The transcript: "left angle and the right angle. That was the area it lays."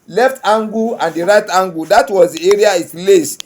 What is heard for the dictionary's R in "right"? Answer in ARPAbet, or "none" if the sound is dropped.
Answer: R